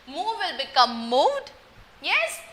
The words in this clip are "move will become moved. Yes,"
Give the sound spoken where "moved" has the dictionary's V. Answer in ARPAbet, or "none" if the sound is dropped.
none